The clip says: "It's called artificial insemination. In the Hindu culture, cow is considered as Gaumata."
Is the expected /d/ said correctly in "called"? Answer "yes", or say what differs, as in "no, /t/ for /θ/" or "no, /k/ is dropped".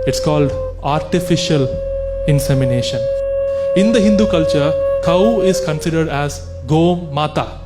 yes